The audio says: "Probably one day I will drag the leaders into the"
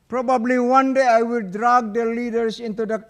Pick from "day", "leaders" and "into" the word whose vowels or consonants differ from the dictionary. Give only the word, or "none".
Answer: leaders